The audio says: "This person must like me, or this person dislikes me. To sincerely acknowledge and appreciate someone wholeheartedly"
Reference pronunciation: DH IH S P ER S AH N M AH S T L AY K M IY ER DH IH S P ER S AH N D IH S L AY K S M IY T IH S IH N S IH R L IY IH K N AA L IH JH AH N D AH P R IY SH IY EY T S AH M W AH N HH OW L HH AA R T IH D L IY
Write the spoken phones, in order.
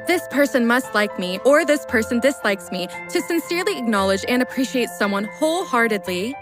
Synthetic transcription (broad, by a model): DH IH S P ER S AH N M AH S T L AY K M IY ER DH IH S P ER S AH N D IH S L AY K S M IY T IH S IH N S IH R L IY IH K N AA L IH JH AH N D AH P R IY SH IY EY T S AH M W AH N HH OW L HH AA R T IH D L IY